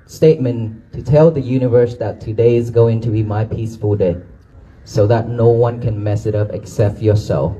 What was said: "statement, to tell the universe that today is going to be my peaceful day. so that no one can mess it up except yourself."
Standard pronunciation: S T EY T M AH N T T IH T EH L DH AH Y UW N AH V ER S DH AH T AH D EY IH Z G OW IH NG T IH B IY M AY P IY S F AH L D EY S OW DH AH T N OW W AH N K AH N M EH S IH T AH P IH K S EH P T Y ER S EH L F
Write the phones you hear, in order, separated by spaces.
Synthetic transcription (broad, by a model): S T EY T M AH N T T IH T EH L DH AH Y UW N AH V ER S DH AH T AH D EY IH Z G OW IH NG T IH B IY M AY P IY S F AH L D EY S OW DH AH T N OW W AH N K AH N M EH S IH T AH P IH K S EH P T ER S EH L